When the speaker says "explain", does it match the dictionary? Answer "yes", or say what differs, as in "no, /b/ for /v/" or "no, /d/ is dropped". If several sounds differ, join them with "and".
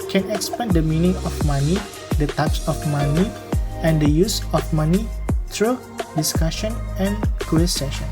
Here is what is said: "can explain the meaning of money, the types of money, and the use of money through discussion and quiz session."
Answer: no, /l/ is dropped